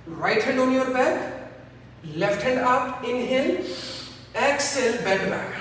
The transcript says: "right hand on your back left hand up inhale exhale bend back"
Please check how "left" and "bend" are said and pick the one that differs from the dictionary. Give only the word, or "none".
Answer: bend